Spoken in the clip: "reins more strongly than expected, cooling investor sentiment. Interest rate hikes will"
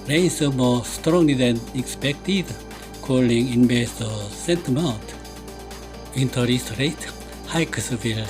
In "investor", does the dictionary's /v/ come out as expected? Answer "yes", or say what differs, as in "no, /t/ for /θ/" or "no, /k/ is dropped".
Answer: no, /b/ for /v/